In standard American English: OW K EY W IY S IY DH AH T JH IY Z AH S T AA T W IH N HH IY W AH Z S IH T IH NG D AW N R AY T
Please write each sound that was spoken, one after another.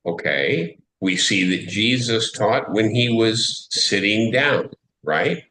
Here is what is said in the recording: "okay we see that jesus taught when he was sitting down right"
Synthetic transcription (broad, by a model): OW K EY W IY S IY DH AH T JH IY Z AH S T AA T W IH N IY W AH Z S IH T IH NG D AW N R AY T